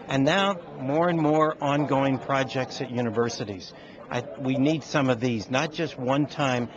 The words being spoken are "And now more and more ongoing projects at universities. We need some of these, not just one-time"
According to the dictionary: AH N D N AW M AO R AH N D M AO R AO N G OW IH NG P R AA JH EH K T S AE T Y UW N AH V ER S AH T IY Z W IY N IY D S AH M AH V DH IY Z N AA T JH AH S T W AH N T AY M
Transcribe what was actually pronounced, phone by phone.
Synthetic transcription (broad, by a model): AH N N AW M AO R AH N M AO R AO N G OW IH NG P R AA JH EH K T S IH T Y UW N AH V ER S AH T IY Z W IY N IY D S AH M AH V DH IY Z N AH T JH AH S T W AH N T AY M